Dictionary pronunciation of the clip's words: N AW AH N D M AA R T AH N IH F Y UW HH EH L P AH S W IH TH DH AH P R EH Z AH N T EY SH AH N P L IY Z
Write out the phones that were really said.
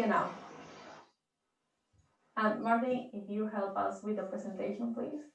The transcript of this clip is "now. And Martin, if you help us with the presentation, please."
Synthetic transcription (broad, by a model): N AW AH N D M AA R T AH IH F Y UW HH EH L P AH S W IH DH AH P R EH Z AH N T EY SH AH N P L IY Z